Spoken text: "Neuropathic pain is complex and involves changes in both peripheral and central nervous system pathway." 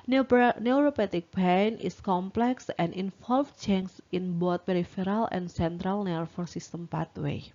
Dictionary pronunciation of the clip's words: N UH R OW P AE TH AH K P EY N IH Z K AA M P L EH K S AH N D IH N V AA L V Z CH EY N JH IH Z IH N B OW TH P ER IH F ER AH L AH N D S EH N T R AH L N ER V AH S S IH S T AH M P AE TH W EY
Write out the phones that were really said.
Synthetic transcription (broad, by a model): N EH R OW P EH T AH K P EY N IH S K AA M P L EH K S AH N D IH N F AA L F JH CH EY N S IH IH N B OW T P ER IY F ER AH L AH N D S EH N T R AH L N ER F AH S S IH S T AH M P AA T W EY